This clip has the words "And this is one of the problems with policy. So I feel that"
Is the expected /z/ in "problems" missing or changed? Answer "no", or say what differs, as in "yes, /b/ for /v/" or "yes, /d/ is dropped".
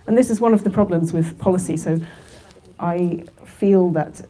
no